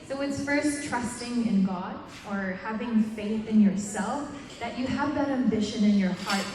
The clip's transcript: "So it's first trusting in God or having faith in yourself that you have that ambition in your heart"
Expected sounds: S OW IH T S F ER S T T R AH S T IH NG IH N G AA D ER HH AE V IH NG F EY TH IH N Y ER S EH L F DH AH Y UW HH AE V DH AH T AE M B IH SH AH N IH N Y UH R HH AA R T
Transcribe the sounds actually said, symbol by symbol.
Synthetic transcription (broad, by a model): S OW IH T S F ER S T T R AH S T IH NG IH N G AA D ER HH AE V IH NG F EY TH IH N Y ER S EH L F DH AH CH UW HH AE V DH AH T AE M B IH SH AH N IH N Y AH R HH AA R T